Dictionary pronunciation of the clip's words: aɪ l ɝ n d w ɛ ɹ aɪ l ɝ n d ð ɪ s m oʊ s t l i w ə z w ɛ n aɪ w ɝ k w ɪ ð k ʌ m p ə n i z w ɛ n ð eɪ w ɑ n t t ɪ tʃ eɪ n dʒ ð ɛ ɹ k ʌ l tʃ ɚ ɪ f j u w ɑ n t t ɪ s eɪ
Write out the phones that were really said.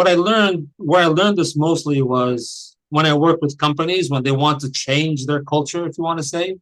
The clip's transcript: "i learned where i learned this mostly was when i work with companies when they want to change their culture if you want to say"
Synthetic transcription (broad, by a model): aɪ l ɝ n d w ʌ ɹ aɪ l ɝ n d ð ɪ s m oʊ s t l i w ə z w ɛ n aɪ w ɝ k w ɪ ð k ʌ m p ə n i z w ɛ n ð eɪ w ɑ n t t ɪ tʃ eɪ n dʒ ð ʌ ɹ k ʌ l tʃ ɚ ɪ f j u w ɑ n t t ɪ s eɪ